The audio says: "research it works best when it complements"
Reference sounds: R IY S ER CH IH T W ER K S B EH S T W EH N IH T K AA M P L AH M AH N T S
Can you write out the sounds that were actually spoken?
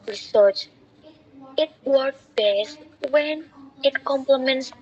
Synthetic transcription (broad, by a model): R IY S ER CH IH T W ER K B EH S T W EH N IH T K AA M P L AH M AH N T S